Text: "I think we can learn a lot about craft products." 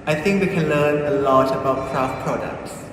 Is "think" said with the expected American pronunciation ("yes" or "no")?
yes